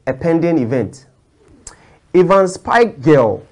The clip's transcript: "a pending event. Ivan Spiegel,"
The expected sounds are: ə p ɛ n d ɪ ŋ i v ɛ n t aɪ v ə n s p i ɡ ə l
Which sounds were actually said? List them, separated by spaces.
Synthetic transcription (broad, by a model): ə p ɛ n d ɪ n i v ɛ n t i v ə n s p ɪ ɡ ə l